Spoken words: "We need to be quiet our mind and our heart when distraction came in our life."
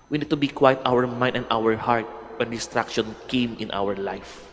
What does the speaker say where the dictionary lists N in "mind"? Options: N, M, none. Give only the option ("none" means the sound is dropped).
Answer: none